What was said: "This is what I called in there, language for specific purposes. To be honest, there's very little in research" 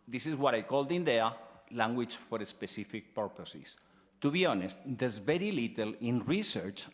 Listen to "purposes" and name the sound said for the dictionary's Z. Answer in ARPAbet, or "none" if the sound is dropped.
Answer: S